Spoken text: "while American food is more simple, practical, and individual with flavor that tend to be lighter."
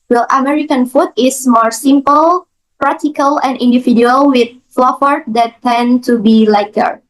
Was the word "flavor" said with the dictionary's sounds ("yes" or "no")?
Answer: no